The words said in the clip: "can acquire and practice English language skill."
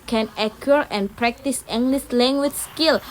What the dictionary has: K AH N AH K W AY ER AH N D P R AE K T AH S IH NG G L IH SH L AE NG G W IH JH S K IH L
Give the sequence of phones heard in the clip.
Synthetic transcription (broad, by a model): K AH N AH K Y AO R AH N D P R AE K T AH S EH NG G L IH S L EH NG G W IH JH S K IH L